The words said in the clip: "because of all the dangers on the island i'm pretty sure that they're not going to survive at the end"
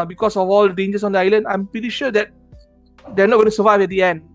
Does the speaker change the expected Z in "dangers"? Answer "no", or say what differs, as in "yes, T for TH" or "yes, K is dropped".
yes, S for Z